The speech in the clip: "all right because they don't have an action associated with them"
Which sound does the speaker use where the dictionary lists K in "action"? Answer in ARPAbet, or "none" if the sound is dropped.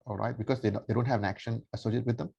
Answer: K